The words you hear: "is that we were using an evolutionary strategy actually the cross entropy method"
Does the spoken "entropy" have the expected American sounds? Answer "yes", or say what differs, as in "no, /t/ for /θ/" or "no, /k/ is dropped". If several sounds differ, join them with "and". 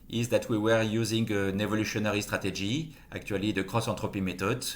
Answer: no, /n/ is dropped